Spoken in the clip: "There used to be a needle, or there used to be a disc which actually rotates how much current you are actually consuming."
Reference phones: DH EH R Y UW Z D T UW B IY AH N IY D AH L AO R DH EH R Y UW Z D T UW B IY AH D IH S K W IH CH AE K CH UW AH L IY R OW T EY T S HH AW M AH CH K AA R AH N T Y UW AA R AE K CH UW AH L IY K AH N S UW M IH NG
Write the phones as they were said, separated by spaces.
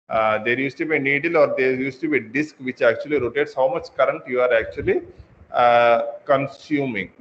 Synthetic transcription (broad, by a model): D EH R Y UW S T UW B IY AH N IY D AH L AO R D EH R Y UW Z T UW B IY AH D IH S K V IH CH AE K CH UW AH L IY R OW T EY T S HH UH M AH CH K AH R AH N T Y UW AA R AE K CH UW AH L IY K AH N S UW M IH NG